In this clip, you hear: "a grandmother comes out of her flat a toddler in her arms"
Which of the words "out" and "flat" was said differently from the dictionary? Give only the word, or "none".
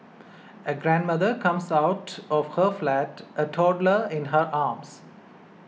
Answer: none